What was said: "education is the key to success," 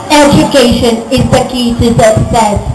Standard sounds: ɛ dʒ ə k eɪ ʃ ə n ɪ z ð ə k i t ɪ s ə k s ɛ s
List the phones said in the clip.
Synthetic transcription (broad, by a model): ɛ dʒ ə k eɪ ʃ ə n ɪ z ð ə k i s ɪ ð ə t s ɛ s